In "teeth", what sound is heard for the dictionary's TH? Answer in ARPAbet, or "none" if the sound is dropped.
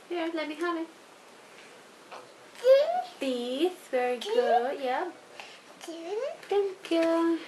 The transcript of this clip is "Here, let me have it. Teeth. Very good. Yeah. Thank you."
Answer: S